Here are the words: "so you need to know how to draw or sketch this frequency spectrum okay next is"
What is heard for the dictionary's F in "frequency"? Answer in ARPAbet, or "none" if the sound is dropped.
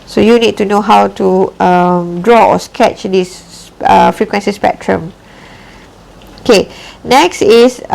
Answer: F